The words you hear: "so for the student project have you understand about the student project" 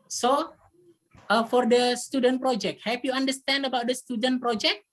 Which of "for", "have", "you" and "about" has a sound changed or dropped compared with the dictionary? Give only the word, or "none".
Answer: have